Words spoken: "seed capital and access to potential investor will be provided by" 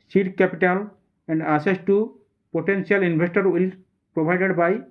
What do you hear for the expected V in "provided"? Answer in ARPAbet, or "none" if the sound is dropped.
B